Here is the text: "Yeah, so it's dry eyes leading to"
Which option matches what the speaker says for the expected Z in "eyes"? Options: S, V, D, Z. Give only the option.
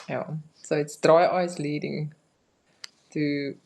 S